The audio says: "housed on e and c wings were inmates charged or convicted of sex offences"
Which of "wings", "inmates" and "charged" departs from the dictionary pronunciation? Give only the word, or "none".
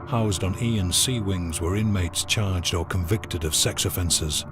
none